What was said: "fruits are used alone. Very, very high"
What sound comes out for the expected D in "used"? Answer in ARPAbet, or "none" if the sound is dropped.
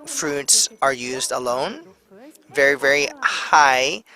D